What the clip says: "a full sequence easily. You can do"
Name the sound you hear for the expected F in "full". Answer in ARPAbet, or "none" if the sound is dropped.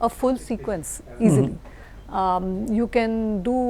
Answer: F